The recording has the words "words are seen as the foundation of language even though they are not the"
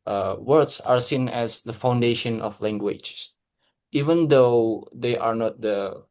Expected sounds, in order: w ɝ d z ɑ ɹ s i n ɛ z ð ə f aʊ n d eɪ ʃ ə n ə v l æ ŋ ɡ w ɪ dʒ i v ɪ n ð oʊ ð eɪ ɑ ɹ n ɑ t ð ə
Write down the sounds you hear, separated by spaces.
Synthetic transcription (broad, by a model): w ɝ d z ɑ ɹ s i n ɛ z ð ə f aʊ n d eɪ ʃ ə n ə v l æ ŋ ɡ w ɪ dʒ i v ɪ n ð oʊ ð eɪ ɑ ɹ n ɑ t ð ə